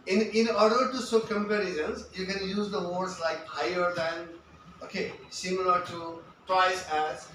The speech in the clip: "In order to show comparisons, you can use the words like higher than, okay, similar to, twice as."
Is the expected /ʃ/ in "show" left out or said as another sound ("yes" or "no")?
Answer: yes